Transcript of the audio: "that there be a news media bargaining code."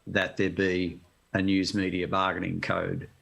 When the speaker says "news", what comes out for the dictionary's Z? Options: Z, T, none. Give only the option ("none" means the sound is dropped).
Z